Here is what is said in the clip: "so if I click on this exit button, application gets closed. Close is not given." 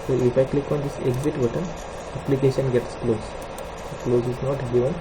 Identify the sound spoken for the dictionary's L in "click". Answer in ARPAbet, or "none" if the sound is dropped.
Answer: L